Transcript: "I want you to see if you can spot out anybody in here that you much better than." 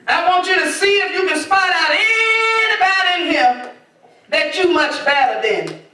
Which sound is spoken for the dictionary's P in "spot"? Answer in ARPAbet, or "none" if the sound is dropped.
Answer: F